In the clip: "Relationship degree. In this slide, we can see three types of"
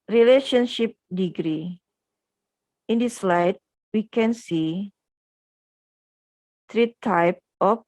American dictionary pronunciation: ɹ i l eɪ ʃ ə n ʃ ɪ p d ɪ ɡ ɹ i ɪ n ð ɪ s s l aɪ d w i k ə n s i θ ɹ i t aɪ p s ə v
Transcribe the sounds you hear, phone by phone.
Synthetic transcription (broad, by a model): ɹ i l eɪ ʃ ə n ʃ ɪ p d ɪ ɡ ɹ i ɪ n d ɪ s s l aɪ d w i k ə n s i t ɹ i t aɪ p ə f